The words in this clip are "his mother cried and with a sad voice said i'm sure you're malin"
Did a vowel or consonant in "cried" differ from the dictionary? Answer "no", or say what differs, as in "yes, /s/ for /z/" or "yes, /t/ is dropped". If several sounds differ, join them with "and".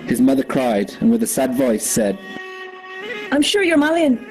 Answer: no